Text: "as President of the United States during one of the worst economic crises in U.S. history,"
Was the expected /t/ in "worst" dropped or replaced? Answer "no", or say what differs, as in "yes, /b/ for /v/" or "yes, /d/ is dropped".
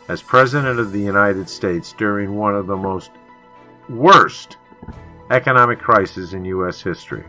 no